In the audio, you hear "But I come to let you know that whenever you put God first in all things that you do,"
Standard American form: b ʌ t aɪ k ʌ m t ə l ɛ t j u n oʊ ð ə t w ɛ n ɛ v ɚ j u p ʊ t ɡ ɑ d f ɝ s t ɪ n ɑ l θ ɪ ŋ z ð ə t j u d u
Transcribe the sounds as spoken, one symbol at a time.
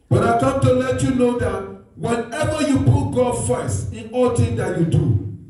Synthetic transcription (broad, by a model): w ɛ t aɪ k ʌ m t ə l ɛ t j u n oʊ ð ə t w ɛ n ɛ v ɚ j u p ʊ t ɡ ɑ d f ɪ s ɪ n ɑ l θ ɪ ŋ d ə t j u d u